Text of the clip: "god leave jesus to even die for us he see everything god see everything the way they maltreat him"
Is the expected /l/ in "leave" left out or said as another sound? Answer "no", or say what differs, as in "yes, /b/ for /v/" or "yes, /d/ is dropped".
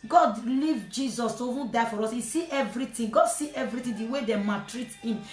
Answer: no